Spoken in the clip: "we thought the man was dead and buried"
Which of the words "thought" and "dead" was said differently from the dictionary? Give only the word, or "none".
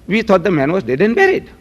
thought